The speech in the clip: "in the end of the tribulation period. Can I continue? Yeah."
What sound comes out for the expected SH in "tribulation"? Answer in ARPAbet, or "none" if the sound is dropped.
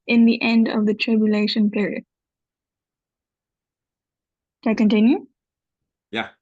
SH